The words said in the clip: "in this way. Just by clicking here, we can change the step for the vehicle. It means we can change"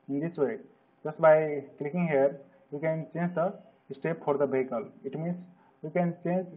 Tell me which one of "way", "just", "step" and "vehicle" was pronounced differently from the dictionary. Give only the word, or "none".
vehicle